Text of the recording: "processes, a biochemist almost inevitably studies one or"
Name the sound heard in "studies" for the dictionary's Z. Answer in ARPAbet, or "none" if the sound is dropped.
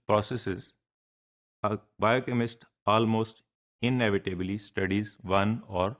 Z